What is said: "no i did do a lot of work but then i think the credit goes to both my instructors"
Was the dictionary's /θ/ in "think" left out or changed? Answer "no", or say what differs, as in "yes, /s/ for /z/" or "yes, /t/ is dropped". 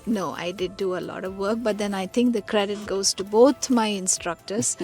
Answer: yes, /t/ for /θ/